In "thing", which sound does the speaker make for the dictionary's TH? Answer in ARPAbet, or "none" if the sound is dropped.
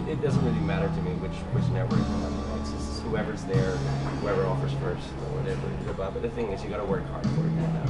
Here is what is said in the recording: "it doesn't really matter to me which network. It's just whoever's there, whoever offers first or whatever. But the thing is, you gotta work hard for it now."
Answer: TH